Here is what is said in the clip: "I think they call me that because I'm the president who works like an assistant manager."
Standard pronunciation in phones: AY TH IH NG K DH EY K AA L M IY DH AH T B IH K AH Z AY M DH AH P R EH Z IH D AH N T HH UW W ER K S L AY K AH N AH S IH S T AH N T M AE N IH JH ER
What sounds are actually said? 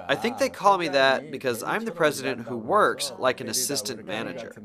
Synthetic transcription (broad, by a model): AY TH IH NG K DH EY K AA L M IY DH AH T B IH K AH Z AY M DH AH P R EH Z IH D AH N T HH UW W ER K S L AY K AH N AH S IH S T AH N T M AE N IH JH ER